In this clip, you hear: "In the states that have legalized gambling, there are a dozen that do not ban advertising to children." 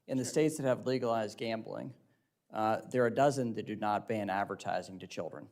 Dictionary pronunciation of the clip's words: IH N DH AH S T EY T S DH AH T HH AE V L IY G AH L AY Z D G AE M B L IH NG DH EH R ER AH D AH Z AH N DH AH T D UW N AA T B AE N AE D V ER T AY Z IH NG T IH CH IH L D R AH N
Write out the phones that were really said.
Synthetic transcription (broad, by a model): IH N DH AH S T EY T S DH AH T HH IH V L IY G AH L AY Z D G AE M B L IH NG DH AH R D AH Z AH N DH AH T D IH N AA T B AE N AE D V ER T AY Z IH NG T IH CH IH L D R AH N